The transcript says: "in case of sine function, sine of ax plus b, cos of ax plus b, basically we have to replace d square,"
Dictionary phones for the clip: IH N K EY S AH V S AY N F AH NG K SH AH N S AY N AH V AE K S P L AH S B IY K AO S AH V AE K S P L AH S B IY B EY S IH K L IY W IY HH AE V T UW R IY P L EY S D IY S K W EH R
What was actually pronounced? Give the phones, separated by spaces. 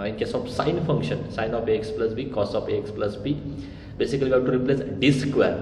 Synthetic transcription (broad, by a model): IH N K EY S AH B S AY N F AH NG K SH AH N S AY N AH F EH K S P L AH S B IY K AO S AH F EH K S P L AH S B IY B EY S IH K IY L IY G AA T UW R IY P L EY S D IY S K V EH R